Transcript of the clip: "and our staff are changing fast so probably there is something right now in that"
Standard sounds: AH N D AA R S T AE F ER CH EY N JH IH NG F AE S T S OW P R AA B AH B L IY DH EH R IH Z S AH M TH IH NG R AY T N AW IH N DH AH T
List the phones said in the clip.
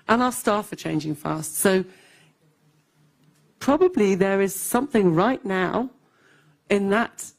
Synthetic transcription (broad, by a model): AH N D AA L S T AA F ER CH EY N JH IH NG F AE S T S OW P R AA B AH B L IY DH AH R IH Z S AH M TH IH NG R AY T N AW IH N DH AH T